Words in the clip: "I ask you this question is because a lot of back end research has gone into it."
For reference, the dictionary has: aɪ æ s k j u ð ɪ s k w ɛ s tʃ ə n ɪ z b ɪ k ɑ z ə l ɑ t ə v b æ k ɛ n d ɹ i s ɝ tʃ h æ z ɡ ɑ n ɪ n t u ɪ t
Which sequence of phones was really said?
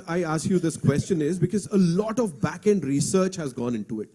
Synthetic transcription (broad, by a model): aɪ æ s k j u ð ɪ s k w ɛ s tʃ ə n ɪ z b ɪ k ɑ z ə l ɑ t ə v b æ k ɛ n d ɹ i s ɝ tʃ h æ z ɡ ɑ n ɪ n t u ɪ t